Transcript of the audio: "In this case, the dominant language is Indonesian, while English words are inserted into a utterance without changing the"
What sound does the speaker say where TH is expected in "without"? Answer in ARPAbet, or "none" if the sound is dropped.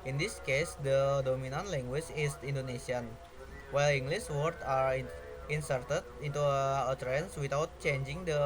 T